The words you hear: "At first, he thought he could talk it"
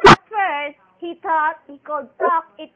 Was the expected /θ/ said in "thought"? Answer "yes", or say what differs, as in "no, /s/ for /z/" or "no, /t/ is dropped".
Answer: no, /t/ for /θ/